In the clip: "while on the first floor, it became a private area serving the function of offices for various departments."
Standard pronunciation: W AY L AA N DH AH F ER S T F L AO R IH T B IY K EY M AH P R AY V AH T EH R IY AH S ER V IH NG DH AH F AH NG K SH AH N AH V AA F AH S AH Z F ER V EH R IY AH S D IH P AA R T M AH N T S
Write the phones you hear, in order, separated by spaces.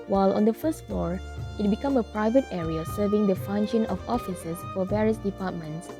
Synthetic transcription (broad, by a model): W AY L AA N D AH F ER S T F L AO R IH T B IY K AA M AH P R AY V AH T EH R IY AH S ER V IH NG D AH F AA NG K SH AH N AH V AA F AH S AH S F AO V EH R IY AH S D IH P AA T M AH N T S